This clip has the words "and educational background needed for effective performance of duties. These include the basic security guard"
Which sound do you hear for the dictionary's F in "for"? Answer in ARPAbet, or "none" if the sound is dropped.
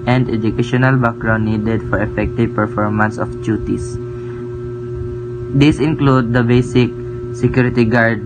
F